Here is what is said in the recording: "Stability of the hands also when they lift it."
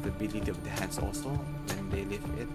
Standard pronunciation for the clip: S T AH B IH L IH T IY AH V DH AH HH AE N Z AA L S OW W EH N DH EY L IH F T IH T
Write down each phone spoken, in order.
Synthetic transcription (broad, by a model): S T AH B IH L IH T IY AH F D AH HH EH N S AA L S OW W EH N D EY L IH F IH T